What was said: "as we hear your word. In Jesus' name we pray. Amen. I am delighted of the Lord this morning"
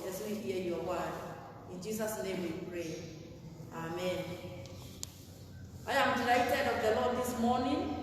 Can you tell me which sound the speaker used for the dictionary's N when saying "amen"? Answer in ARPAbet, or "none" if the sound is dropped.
N